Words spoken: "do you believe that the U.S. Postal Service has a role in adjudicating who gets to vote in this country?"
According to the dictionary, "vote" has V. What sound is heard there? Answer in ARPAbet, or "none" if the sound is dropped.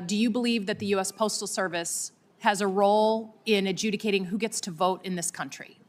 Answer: V